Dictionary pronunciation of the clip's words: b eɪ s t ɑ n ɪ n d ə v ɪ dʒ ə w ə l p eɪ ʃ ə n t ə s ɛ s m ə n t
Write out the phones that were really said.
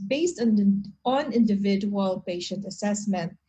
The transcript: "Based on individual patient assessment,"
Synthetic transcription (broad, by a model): b eɪ s t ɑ n ɪ n d ə v ɪ dʒ ə w ə l p eɪ ʃ ə n t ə s ɛ s m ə n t